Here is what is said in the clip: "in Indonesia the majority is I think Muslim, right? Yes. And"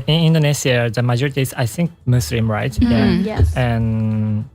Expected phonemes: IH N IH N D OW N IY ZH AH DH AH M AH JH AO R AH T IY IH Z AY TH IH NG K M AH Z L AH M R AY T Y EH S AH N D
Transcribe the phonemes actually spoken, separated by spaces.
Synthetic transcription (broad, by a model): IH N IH N D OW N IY S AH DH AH M AH JH AO R AH T IY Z AY TH IH NG K M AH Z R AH M R AY T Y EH AH N